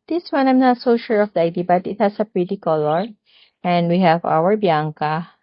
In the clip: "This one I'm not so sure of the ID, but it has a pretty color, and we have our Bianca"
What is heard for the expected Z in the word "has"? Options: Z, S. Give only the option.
S